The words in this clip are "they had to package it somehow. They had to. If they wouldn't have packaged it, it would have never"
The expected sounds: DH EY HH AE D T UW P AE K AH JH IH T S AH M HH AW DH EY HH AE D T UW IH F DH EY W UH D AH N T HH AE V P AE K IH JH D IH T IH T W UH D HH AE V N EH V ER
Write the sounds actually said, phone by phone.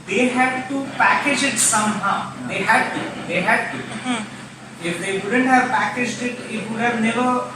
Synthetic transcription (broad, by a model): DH EY HH AE D T UW P AE K AH JH IH T S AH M HH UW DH EY HH AE D T UW IH F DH EY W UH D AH N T HH AE V P AE K IH JH D IH T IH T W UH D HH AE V N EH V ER